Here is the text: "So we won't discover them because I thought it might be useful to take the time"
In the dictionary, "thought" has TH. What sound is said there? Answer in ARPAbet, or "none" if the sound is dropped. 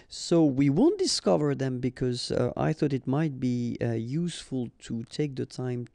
TH